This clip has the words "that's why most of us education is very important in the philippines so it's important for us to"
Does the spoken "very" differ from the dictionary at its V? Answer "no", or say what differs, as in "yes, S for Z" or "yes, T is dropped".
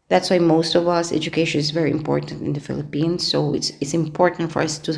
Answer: no